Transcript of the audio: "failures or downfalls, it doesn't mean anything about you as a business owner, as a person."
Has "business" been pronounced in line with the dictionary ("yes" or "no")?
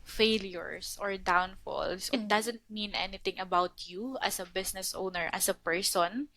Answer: no